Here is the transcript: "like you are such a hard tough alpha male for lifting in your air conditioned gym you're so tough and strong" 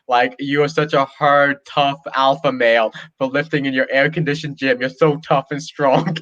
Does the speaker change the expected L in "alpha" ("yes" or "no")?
no